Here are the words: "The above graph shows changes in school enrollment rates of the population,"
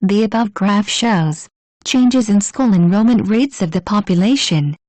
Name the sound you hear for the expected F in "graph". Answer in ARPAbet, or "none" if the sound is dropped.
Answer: F